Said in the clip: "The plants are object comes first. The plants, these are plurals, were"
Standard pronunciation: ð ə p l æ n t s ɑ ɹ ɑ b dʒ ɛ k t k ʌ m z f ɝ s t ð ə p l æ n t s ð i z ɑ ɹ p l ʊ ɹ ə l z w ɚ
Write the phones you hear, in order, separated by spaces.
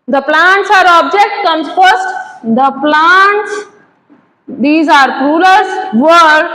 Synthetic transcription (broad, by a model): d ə p l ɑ n t s ɑ ɹ ɑ b dʒ ɛ k t k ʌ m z f ɝ s t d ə p l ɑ n t s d i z ɑ ɹ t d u l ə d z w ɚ